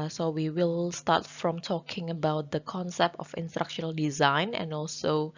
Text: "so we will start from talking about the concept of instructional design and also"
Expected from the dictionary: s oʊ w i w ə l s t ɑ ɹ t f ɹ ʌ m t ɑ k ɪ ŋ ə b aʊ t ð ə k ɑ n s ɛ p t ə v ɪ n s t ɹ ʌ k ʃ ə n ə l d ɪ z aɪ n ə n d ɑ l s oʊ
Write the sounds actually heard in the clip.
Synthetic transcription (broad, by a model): s oʊ w i w ə l s t ɑ t f ɹ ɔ m t ɑ k ɪ ŋ ə b aʊ t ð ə k ɑ n s ɛ p t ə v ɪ n s t ɹ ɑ k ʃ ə n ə l d ɪ z aɪ n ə n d ɑ l s oʊ